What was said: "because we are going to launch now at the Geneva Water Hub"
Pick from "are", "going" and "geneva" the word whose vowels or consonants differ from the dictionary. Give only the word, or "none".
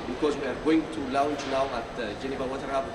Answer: none